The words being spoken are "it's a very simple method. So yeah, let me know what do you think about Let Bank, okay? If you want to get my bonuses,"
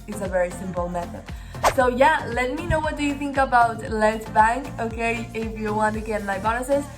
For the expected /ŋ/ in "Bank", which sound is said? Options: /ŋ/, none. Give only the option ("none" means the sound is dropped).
/ŋ/